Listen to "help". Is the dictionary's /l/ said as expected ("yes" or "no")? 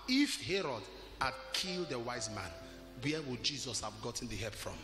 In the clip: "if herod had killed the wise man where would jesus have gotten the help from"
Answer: no